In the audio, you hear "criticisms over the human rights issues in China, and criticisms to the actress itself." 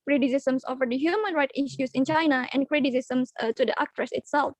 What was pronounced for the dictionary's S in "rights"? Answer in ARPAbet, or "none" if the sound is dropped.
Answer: none